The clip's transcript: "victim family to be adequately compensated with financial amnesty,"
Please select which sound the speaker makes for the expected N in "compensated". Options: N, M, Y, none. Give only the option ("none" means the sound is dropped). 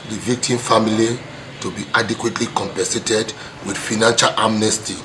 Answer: none